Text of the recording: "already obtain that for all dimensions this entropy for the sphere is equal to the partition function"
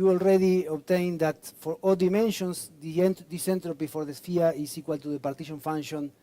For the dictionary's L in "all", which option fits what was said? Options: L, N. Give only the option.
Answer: L